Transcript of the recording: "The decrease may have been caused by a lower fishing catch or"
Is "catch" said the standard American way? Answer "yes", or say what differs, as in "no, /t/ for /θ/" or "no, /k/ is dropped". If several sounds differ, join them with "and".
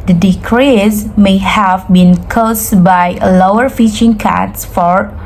no, /s/ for /tʃ/